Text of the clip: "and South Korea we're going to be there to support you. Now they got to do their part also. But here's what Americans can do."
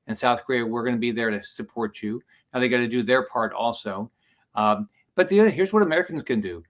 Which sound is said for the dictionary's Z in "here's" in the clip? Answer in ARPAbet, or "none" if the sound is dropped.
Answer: Z